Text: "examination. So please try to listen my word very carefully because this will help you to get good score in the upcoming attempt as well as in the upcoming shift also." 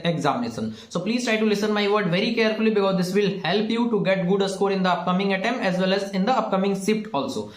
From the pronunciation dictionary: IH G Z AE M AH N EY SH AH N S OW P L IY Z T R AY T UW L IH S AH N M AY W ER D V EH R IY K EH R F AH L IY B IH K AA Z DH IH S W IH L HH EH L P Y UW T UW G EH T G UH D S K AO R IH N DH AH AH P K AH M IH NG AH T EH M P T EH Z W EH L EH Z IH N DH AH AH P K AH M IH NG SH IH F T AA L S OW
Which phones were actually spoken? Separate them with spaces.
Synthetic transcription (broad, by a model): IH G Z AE M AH N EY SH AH N S OW P L IY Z T R AY T UW L IH S AH N M AY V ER D V EH R IY K EH R F AH L IY B IH K AA Z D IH S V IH L HH EH L P Y UW T UW G EH T G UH D S K AO R IH N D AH AH P K AH M IH NG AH T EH M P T EH Z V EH L EH Z IH N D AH AH P K AH M IH NG S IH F T AA L S OW